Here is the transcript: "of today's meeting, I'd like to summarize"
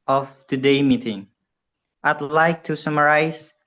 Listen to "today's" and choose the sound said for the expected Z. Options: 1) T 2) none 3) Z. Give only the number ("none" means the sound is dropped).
2